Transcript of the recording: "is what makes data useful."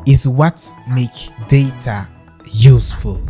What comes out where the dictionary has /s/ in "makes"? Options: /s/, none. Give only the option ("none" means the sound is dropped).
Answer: none